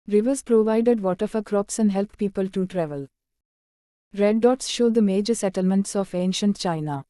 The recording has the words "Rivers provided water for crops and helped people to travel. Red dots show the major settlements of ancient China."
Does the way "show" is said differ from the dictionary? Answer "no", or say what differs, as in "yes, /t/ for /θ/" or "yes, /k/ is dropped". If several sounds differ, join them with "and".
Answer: no